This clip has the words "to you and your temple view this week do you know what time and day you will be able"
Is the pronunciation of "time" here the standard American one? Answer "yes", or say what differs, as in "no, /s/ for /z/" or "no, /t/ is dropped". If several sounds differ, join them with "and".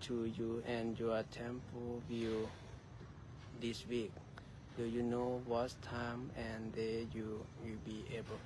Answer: yes